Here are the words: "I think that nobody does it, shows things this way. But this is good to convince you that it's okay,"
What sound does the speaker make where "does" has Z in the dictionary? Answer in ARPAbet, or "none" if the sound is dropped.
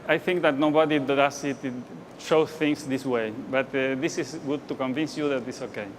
S